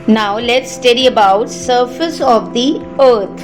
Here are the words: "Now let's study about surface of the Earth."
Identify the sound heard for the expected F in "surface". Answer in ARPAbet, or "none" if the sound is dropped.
F